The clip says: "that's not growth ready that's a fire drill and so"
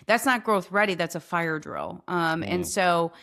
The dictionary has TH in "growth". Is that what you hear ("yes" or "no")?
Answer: yes